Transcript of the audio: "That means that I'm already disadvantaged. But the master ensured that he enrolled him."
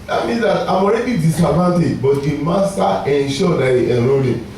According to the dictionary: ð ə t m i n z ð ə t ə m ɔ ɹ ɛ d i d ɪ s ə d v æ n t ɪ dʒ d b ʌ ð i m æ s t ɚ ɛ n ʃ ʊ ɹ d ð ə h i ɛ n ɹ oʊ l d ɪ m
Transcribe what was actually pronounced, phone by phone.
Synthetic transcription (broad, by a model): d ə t m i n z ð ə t ə m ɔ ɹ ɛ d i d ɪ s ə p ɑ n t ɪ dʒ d b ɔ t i m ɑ s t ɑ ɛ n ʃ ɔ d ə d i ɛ ɹ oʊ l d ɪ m